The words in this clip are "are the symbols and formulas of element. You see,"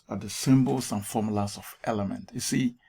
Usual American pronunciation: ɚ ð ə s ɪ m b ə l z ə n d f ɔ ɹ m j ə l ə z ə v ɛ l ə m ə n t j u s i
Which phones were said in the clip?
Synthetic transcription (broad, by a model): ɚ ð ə s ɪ m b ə l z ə n f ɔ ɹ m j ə l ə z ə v ɛ l ə m ə n t j u s i